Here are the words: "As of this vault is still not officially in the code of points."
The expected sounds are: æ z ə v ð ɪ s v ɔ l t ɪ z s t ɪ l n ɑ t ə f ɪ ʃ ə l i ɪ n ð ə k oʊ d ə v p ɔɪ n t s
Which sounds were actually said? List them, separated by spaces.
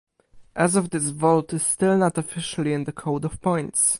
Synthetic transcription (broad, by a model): æ z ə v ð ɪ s v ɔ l t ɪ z s t ɪ l n ɑ t ə f ɪ ʃ ə l i ɪ n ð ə k oʊ d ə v p ɔɪ n t s